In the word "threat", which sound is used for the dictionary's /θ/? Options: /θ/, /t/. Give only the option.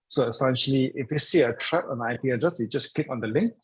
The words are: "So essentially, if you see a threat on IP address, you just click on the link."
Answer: /t/